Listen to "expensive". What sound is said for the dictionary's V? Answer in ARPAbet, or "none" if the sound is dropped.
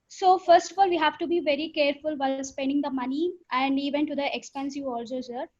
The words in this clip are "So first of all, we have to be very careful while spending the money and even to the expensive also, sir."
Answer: none